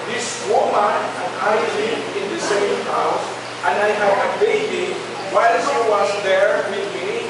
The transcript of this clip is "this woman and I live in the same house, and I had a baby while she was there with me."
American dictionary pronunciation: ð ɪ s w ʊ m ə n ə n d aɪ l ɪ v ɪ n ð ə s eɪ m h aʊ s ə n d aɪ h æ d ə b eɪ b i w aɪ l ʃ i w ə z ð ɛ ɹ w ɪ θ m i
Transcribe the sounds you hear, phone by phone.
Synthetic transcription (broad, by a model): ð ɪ s w ʊ m ə n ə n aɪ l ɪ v ɪ n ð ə s eɪ m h aʊ s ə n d aɪ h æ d ə b eɪ b i w aɪ l s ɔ w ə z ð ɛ ɹ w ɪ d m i